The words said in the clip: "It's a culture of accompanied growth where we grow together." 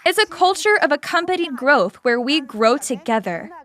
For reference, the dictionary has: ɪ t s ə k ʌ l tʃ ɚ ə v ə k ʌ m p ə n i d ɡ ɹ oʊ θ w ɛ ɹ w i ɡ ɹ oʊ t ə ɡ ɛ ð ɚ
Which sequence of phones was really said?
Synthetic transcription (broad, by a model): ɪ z ə k ʌ l tʃ ɚ ə v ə k ʌ m p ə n i d ɡ ɹ oʊ θ w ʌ ɹ w i ɡ ɹ oʊ t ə ɡ ɛ ð ɚ